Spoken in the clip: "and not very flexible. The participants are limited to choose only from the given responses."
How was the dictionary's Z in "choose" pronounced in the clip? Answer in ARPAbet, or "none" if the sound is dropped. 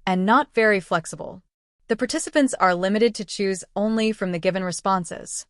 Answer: Z